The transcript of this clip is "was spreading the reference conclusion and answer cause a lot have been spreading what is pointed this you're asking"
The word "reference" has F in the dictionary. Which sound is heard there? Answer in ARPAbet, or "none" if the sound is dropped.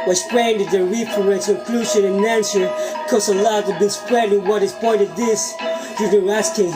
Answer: P